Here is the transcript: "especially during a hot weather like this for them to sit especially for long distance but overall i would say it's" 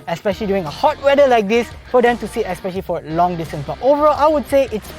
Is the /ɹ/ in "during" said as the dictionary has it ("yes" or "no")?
no